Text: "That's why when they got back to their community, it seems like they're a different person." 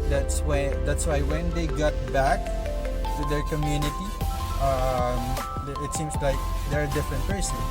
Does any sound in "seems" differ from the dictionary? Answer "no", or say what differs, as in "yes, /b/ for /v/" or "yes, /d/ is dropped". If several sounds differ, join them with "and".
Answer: yes, /s/ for /z/